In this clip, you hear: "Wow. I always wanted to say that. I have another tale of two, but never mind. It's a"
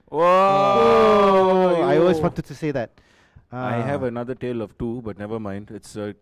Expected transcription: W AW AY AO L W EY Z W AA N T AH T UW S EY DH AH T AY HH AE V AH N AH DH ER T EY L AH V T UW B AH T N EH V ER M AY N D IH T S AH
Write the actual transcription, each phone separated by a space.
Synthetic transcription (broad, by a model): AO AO AY AO L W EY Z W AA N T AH T UW S EY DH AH T AY HH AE V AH N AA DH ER T EY L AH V T UW B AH T N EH V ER M AY N D IH T S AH